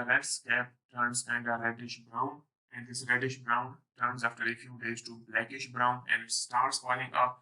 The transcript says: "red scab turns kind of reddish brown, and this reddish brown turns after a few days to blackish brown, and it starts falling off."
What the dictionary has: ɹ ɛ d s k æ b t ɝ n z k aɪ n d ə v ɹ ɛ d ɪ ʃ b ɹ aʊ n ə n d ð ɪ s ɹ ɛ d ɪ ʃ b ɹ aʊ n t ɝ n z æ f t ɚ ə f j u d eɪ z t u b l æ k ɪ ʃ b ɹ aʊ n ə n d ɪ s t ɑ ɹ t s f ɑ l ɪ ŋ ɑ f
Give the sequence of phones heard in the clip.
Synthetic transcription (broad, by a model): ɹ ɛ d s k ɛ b t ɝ n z k aɪ n d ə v ɹ ɛ d ɪ ʃ b ɹ aʊ n ə n d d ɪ s ɹ ɛ d ɪ ʃ b ɹ aʊ n t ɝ n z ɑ f t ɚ ə f j u d eɪ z t u b l æ k ɪ ʃ b ɹ aʊ n ə n d s t ɑ ɹ t s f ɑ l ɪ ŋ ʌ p